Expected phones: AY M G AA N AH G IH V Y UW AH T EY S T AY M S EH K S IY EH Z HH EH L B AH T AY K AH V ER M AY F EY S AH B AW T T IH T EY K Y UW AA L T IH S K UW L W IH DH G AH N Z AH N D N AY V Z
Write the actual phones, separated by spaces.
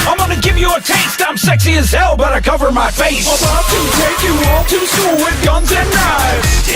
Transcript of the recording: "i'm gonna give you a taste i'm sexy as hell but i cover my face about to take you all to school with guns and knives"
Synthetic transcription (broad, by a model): AY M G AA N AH G IH V Y AH T EY S T AY M S EH K S IY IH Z HH EH L B AH T AY K AH V ER M AY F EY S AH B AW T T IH T EY K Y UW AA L T IH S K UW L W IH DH G AH N Z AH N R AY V